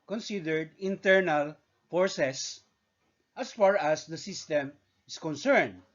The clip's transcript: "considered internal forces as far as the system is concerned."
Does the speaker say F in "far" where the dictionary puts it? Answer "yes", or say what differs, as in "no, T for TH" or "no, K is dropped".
yes